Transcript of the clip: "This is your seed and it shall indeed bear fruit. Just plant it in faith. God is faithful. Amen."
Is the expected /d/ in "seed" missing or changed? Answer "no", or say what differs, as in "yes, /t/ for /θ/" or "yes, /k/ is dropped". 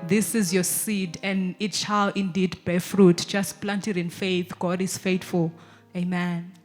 no